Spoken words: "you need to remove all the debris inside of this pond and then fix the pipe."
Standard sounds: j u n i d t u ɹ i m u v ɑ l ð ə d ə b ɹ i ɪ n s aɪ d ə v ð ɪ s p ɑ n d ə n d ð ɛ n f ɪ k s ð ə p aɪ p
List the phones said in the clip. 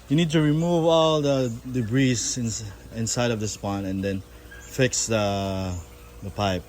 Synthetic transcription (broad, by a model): j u n i d t u ɹ i m u v ɑ l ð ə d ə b ɹ i ɪ n s aɪ d ə v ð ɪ s p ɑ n ə n d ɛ n f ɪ k s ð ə p aɪ p